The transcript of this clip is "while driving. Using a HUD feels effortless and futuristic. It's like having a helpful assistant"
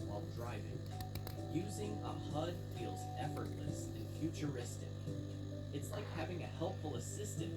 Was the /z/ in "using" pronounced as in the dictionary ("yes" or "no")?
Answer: yes